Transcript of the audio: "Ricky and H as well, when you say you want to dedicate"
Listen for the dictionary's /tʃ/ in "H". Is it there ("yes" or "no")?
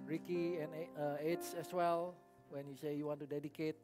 no